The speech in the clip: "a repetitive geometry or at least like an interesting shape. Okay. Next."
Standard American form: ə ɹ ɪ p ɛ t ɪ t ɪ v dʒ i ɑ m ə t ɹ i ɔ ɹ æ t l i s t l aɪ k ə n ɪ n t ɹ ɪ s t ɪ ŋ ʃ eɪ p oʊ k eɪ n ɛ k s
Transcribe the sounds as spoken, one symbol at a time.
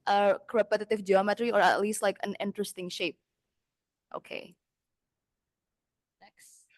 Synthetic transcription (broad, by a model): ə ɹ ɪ p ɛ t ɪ t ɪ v dʒ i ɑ m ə t ɹ i ɔ ɹ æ t l i s t l aɪ k ə n ɪ n t ɹ ɪ s t ɪ ŋ ʃ eɪ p oʊ k eɪ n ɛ k s